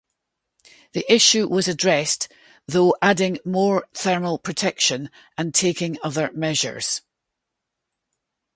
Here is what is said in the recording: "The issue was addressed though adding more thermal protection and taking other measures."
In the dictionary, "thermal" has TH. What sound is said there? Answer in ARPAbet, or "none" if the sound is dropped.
TH